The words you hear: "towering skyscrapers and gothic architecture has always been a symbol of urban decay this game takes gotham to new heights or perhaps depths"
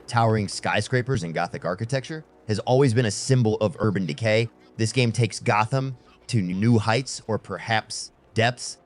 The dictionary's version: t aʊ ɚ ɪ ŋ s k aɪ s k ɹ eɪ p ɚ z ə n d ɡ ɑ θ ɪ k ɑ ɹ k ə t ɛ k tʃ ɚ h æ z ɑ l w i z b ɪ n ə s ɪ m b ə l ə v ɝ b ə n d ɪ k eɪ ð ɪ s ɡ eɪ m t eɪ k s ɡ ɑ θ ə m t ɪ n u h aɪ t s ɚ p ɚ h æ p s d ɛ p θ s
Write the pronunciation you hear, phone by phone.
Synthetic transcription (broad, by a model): t aʊ ɚ ɪ ŋ s k aɪ s k ɹ eɪ p ɚ z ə n ɡ ɑ θ ɪ k ɑ ɹ k ə t ɛ k tʃ ɚ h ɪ z ɑ l w i z b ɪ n ə s ɪ m b l ə v ɝ b ə n d ɪ k eɪ ð ɪ s ɡ eɪ m t eɪ k s ɡ ɑ θ ə m t ɪ n u h aɪ t s ɚ p ɚ h æ p s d ɛ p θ s